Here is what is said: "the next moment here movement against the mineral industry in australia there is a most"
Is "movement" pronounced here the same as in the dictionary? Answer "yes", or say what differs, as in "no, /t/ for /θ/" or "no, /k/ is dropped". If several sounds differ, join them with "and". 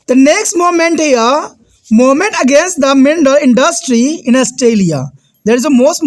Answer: no, /v/ is dropped